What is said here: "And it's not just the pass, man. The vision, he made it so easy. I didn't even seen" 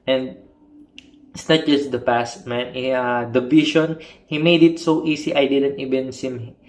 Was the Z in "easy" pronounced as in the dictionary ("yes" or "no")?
no